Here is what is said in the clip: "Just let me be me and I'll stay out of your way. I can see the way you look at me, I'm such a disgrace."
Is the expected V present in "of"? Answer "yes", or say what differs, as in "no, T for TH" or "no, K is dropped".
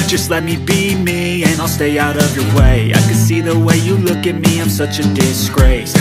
yes